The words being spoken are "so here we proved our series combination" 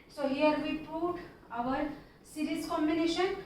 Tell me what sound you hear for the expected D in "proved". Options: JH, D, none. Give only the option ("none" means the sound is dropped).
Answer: none